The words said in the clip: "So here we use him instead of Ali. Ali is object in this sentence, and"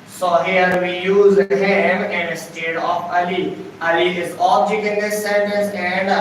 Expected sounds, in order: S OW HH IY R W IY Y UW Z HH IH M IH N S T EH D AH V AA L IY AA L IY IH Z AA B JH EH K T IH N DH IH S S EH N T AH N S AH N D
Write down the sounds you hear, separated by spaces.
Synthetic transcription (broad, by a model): S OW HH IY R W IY Y UW Z HH IH M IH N S T EH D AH F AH L IY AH L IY IH Z AA B JH EH K T IH N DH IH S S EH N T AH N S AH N D